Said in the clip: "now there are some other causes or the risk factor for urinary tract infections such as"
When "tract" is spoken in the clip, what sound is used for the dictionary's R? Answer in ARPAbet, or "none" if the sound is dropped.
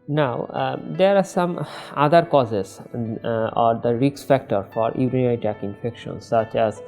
none